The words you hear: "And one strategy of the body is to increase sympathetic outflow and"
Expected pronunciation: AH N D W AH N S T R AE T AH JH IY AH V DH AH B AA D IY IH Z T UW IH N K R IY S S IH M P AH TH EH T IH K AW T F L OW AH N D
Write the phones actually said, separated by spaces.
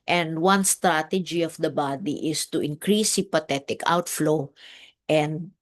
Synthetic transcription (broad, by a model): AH N D W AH N S T R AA T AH JH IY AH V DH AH B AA D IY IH S T UW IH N K R IY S S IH P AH T EH T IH K AW T F L OW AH N D